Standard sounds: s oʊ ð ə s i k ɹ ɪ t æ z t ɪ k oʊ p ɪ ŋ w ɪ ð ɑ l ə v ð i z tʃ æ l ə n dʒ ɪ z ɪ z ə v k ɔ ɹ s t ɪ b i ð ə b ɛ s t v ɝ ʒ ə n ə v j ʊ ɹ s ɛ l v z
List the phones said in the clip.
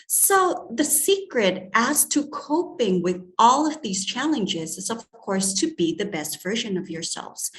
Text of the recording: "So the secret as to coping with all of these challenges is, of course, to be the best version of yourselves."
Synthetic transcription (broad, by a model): s oʊ ð ə s i k ɹ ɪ t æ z t ɪ k oʊ p ɪ ŋ w ɪ ð ɑ l ə v ð i z tʃ æ l ə n dʒ ɪ z ɪ z ə v k ɔ ɹ s t ɪ b i ð ə b ɛ s t v ɝ ʒ ə n ə v j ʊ ɹ s ɛ l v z